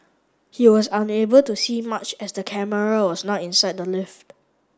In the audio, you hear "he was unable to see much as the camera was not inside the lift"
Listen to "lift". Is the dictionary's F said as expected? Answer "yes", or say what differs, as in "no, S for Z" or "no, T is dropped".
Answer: yes